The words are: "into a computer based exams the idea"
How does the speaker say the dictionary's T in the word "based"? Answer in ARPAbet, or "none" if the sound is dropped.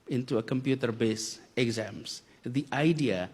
none